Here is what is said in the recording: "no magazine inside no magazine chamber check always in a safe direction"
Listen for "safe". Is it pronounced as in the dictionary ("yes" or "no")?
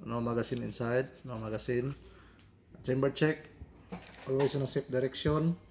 no